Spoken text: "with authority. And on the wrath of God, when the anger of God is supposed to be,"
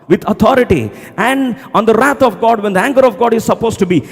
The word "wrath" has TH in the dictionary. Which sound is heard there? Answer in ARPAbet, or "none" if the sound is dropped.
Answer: T